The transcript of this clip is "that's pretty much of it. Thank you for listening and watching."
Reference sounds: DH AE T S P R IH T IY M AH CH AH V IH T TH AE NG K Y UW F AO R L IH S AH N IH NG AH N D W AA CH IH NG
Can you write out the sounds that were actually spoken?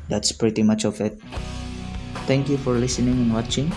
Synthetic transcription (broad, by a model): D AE T S P R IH T IY M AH CH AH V IH T T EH NG K Y UW F AO R L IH S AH N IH NG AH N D W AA CH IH NG